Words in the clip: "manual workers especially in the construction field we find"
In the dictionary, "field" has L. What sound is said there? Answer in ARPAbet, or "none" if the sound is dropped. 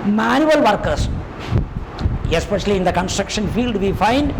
L